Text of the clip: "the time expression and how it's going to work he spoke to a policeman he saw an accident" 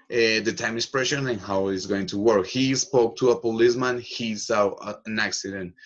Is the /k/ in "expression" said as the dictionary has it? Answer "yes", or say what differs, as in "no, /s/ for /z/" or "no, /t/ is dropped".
no, /k/ is dropped